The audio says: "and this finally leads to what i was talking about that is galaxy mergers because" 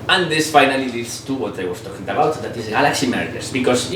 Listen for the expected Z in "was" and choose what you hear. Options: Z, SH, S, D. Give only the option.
S